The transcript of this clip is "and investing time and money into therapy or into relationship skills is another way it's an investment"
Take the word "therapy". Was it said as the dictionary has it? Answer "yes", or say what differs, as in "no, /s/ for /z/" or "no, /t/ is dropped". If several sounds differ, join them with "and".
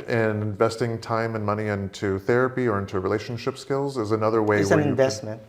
yes